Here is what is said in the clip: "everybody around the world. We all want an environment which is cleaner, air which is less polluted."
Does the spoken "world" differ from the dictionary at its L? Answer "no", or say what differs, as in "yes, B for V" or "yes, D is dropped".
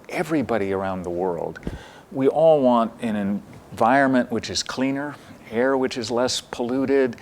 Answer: no